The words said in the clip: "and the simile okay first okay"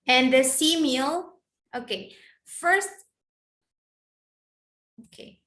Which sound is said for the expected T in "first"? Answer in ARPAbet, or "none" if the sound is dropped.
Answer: T